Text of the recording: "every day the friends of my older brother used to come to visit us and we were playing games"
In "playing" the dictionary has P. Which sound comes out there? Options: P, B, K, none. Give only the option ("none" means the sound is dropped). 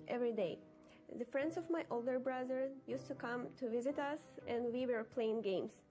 P